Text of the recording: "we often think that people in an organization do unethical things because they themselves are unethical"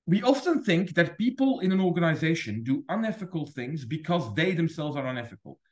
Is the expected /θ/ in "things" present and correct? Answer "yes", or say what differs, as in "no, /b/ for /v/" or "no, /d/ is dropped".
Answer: yes